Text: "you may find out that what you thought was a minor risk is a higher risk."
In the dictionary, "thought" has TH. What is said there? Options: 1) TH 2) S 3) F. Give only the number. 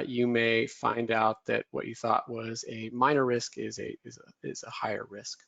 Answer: 1